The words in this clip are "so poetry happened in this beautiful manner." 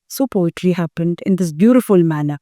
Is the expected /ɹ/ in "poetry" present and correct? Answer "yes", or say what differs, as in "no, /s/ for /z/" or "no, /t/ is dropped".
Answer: no, /l/ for /ɹ/